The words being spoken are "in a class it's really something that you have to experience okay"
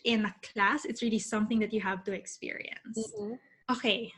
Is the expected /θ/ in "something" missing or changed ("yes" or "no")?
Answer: no